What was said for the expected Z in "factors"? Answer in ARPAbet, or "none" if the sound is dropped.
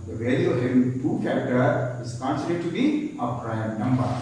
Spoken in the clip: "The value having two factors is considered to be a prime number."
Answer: none